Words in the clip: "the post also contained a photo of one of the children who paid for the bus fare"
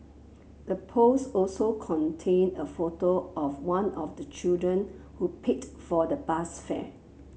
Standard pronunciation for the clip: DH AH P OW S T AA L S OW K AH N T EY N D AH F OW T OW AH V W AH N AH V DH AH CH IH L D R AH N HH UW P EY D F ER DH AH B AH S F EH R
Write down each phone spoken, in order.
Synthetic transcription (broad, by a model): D AH P OW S AA L S OW K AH N T EY N AH F OW T OW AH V W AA N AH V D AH CH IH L D R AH N HH UW P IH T F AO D AH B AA S F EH